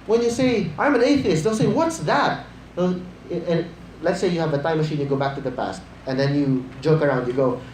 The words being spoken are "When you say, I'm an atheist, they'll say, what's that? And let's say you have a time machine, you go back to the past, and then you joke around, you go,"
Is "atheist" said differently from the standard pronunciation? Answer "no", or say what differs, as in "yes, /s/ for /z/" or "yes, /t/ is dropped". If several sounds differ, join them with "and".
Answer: no